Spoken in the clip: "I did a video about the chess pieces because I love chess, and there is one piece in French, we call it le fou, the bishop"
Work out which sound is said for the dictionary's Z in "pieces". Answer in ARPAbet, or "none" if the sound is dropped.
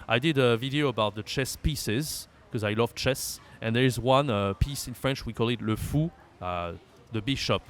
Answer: Z